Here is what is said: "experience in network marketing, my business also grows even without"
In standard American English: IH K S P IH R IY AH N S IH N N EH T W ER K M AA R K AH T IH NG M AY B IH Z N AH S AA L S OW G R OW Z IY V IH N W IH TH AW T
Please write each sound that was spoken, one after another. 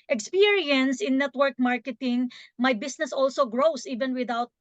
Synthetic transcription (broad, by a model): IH K S P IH R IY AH N S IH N N EH T W ER K M AA R K AH T IH NG M AY B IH S N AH S AA L S OW G R OW S IY V IH N W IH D AW T